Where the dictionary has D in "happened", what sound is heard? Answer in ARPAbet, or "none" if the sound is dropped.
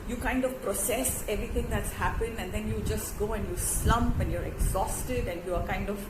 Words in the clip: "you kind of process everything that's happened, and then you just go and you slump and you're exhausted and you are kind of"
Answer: none